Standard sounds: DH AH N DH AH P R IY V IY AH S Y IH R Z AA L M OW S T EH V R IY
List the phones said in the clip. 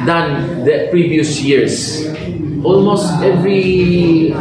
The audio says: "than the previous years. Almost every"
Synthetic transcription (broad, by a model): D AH N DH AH P R IY V IY AH S Y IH R S AA L M OW S T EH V R IY